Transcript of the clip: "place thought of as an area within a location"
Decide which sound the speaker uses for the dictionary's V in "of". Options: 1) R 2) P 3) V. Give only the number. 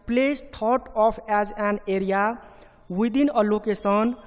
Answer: 2